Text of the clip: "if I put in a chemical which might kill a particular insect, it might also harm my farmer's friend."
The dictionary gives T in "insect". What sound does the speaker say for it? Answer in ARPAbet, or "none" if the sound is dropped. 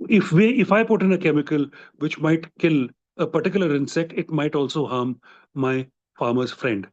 T